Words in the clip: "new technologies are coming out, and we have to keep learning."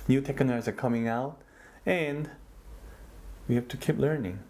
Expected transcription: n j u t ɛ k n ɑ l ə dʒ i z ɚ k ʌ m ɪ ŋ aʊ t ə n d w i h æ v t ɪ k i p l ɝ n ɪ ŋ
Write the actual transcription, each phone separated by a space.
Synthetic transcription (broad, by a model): n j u t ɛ k ɪ n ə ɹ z ɚ k ʌ m ɪ ŋ aʊ t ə n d w i h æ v t ɪ k i p l ɝ n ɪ ŋ